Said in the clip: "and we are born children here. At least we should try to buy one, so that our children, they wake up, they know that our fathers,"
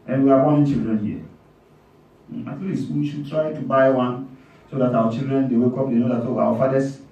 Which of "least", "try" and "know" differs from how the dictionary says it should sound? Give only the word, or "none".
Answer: none